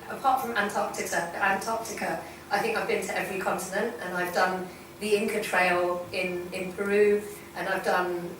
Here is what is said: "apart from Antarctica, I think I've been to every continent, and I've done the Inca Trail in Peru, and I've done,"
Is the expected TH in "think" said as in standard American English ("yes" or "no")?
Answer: yes